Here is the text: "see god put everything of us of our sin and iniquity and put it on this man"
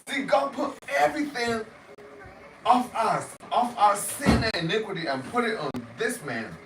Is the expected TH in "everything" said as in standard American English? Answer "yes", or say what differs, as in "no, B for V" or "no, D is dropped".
yes